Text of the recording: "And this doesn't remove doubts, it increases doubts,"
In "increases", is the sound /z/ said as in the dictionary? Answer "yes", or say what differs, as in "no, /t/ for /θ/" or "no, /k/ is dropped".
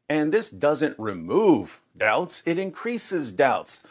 yes